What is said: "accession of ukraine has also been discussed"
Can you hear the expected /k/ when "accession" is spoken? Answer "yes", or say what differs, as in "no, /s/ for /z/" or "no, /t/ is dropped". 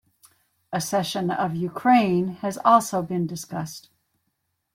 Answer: no, /k/ is dropped